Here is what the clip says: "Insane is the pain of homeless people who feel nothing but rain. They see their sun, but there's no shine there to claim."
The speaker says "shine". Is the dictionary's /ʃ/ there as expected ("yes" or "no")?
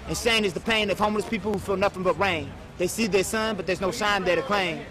no